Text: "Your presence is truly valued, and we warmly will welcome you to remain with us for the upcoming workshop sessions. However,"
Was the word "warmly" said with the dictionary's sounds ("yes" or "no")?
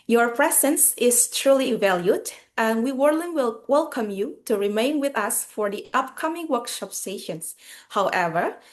no